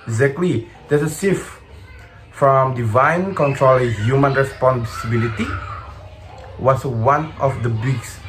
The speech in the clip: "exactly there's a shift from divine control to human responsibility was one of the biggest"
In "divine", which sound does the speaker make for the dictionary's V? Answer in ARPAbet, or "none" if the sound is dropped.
V